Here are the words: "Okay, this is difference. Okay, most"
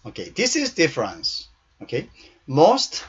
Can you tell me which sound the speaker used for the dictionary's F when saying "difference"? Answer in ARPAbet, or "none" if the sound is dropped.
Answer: F